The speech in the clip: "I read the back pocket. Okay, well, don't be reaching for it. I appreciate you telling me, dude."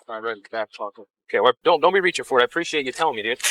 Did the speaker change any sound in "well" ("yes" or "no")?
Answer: yes